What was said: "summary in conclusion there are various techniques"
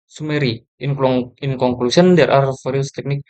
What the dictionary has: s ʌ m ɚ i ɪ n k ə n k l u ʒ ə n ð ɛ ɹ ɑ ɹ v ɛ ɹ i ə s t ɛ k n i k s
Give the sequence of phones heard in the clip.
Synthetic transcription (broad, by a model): s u m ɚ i ɪ n k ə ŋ k l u s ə n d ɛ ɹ ɑ ɹ f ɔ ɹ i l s t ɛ k n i k